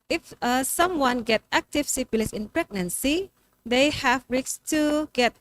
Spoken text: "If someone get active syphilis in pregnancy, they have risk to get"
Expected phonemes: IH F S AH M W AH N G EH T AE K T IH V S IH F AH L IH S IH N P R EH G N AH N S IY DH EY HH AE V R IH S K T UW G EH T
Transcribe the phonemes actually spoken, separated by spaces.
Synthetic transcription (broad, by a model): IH F S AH M W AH N G EH T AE K T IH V S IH P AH L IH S IH N P R EH G N AH N S IY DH EY HH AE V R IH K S T UW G EH T